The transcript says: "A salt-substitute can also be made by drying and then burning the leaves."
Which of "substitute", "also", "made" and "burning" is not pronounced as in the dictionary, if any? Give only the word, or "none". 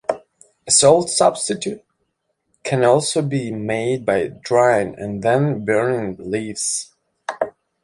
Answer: burning